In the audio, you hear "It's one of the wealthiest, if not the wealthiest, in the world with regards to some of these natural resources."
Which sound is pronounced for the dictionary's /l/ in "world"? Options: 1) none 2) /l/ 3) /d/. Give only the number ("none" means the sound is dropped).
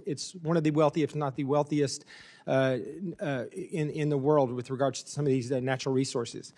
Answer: 2